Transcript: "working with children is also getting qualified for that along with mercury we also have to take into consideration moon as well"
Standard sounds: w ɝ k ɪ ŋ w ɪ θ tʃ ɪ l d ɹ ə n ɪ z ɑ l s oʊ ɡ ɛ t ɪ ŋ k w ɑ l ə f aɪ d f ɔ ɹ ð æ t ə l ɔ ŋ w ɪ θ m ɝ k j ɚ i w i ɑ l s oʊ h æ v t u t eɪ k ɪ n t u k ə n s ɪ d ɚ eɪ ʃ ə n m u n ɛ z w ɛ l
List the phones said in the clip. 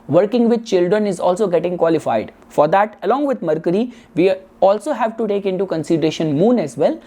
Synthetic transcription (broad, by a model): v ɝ k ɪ ŋ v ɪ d tʃ ɪ l d ɹ ə n ɪ z ɑ l s oʊ ɡ ɛ t ɪ ŋ k w ɑ l ə f aɪ d f ɔ ɹ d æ t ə l ɔ ŋ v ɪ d m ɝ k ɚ i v i ɑ l s oʊ h æ v t u t eɪ k ɪ n t u k ə n s ɪ d ɚ eɪ ʃ ə n m u n ɛ z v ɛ l